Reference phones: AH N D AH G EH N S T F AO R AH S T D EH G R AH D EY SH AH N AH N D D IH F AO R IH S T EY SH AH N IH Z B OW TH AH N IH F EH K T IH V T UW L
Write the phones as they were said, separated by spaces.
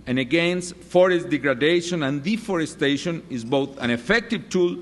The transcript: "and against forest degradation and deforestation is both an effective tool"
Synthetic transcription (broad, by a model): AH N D AH G EH N S T F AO R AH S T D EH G R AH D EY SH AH N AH N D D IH F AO R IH S T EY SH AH N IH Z B OW TH AH N IH F EH K T IH V T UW L